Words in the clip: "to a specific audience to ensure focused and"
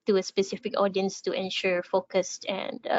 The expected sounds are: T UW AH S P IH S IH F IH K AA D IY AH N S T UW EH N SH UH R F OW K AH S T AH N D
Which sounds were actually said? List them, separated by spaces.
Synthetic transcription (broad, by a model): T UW AH S P IH S IH F IH K AA D IY AH N S T UW EH N SH UH R F OW K AH S T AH N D